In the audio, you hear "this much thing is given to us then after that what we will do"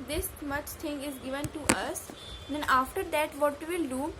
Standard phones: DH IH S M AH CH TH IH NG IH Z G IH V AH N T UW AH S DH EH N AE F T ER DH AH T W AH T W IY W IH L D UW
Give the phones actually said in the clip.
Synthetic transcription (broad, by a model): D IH S M AH CH T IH NG IH Z G IH V AH N T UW AH S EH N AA F T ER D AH T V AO T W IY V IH L D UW